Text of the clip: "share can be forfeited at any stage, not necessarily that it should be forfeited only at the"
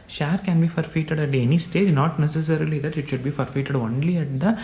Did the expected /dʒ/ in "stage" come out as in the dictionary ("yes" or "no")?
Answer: yes